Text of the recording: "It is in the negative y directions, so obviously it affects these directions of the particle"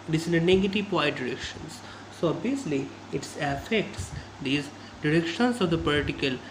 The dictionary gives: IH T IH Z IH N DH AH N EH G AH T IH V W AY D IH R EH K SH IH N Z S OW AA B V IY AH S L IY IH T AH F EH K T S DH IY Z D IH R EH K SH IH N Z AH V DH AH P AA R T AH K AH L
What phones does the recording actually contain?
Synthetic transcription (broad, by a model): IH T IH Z IH N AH N EH G AH T IH V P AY D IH R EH K SH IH N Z S OW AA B IY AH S L IY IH T AH F EH K T S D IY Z D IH R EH K SH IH N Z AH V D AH P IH T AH K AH L